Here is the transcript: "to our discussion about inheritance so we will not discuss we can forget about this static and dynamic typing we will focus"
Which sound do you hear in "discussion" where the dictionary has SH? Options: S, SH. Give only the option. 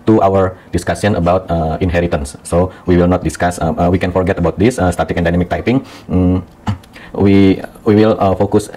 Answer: S